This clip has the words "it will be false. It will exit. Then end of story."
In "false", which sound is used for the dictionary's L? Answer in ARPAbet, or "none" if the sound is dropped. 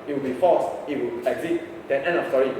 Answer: none